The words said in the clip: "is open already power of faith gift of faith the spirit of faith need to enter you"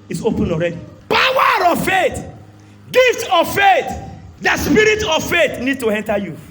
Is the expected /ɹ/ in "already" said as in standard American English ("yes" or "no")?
yes